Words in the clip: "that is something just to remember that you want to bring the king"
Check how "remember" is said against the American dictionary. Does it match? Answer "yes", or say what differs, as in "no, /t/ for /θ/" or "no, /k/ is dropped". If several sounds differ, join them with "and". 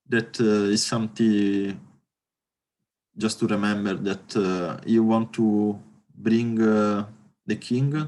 yes